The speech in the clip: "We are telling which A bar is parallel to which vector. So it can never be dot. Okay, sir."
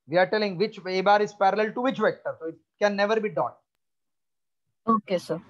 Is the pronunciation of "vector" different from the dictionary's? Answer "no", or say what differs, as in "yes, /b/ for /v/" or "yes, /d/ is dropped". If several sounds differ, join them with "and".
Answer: no